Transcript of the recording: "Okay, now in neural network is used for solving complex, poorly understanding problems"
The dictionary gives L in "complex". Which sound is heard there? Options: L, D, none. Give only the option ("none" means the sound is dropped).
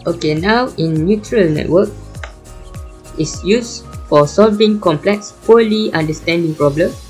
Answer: L